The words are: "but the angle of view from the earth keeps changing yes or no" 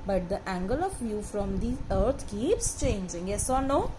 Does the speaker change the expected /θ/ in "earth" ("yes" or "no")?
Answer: yes